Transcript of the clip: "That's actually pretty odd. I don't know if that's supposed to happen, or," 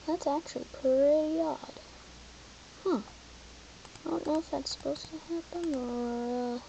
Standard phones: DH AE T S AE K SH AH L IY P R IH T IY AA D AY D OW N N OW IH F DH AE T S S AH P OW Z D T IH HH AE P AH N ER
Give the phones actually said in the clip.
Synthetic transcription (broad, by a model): DH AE T S AE K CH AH L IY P IH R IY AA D AY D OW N N OW IH F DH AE T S S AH P OW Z T IH HH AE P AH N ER